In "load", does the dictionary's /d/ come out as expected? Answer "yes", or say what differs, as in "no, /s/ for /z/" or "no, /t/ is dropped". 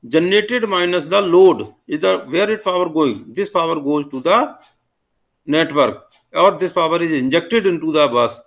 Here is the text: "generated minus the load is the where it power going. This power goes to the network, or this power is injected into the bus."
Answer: yes